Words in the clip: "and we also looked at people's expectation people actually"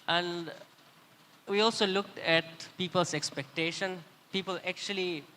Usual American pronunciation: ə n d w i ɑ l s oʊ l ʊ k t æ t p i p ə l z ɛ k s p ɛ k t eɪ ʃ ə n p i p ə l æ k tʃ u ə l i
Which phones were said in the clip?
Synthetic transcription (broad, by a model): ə n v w i ɑ l s oʊ l ʊ k t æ t p i p ə l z ɛ k s p ɛ k t eɪ ʃ ə n p i p ə l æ k tʃ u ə l i